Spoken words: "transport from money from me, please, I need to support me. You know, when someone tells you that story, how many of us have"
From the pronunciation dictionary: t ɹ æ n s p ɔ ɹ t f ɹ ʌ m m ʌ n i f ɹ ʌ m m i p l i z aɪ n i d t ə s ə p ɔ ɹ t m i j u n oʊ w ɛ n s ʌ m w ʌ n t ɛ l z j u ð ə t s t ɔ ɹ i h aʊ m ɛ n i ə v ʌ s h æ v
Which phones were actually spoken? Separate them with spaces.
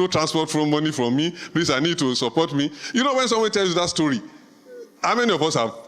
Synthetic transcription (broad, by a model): t ɹ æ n s p ɔ t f ɹ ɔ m m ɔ n i f ɹ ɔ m m i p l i s aɪ n i d t ə s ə p ɔ t m i j u n oʊ w ɛ n s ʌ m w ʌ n t ɛ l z j u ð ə t s t ɔ ɹ i h aʊ m ɛ n i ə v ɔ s h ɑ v